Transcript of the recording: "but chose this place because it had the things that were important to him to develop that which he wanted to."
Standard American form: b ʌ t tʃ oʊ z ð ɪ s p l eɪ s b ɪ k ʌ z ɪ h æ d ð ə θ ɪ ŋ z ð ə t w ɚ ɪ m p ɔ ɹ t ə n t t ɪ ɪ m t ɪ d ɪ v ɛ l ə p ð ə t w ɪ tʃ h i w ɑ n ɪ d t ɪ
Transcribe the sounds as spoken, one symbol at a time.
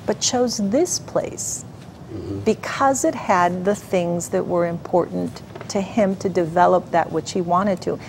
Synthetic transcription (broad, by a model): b ʌ t tʃ oʊ z ð ɪ s p l eɪ s b ɪ k ʌ z ɪ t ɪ d ð ə θ ɪ ŋ z ð ə t w ɚ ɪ m p ɔ ɹ t n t t ɪ ɪ m t ɪ d ɪ v ɛ l ə p ð ə t w ɪ tʃ h i w ɑ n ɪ d t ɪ